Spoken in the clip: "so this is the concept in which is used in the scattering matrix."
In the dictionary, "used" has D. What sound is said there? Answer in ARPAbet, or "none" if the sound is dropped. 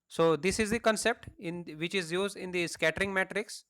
D